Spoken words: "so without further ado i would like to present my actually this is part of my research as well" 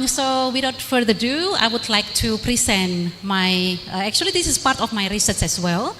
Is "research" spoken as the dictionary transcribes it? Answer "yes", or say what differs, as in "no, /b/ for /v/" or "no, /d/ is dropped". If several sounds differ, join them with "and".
no, /s/ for /tʃ/